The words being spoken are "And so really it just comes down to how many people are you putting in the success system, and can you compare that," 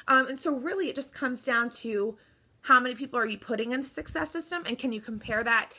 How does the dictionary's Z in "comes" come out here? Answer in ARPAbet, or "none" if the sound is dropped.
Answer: Z